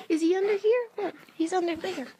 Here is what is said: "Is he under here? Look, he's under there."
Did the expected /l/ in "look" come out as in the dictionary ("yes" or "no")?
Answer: no